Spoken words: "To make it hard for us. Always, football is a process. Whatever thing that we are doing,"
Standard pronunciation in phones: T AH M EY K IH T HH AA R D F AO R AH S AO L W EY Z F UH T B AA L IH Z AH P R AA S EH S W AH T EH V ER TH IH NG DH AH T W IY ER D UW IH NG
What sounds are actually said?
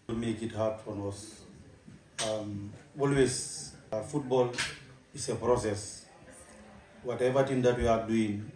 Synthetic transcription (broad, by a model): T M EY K IH T HH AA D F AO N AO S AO L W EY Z F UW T B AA L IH S AH P R AA S EH S W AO T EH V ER T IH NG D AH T W IY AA D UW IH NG